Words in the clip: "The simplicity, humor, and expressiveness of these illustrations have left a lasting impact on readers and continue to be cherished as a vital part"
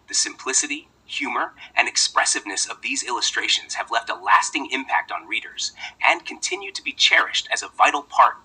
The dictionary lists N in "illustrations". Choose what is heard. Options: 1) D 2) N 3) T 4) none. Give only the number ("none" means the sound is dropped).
2